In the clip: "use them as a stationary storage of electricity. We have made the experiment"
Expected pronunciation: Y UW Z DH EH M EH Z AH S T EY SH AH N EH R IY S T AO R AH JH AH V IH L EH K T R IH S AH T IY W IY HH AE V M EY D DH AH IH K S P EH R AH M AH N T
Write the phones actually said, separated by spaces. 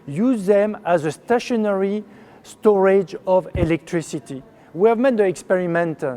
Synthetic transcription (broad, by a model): Y UW Z DH EH M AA Z AH S T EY SH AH N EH R IY S T AO R AH JH AH V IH L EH K T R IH S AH T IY W IY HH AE V M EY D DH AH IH K S P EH R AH M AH N T